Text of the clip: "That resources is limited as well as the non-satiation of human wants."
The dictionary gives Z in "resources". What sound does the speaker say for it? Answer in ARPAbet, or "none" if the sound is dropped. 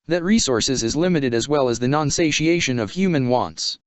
Z